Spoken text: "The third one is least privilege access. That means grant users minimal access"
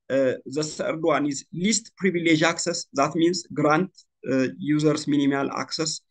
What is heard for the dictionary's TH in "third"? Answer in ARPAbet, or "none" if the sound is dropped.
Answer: S